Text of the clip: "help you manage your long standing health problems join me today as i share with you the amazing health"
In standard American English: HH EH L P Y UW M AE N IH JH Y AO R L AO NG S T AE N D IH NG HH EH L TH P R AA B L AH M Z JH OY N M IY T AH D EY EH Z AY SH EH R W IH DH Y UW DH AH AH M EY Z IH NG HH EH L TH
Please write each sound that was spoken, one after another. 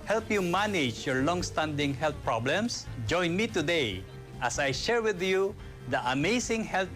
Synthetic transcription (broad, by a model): HH EH L P Y UW M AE N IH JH Y AO R L AO NG S T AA N D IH NG HH EH L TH P R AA B L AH M S JH OY N M IY T AH D EY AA S AY SH EH R W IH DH Y UW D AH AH M EY S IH NG HH EH L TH